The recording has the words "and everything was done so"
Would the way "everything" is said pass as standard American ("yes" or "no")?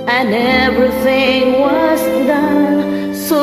yes